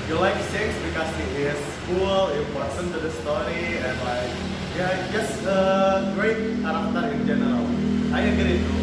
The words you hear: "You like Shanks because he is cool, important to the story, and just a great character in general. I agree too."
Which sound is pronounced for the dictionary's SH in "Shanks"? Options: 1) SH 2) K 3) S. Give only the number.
3